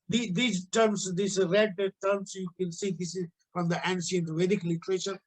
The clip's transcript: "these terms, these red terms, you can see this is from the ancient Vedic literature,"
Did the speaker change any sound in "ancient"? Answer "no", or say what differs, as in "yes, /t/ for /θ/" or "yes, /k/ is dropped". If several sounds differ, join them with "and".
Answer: yes, /s/ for /ʃ/